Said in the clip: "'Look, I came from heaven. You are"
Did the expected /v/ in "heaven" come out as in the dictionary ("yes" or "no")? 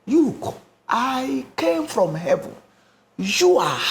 yes